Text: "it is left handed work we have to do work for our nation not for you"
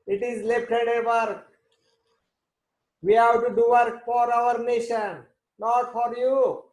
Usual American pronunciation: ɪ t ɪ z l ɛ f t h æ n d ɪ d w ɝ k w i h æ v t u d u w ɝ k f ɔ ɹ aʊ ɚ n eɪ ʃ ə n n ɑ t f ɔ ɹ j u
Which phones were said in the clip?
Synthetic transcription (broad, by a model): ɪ t ɪ z l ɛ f t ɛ d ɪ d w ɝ k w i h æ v t u d u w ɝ k f ɔ ɹ aʊ ɚ n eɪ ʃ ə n n ɑ t f ɔ ɹ j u